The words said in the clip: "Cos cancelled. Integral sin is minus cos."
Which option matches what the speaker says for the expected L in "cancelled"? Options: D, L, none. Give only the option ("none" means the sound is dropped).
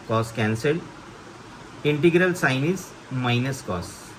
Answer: none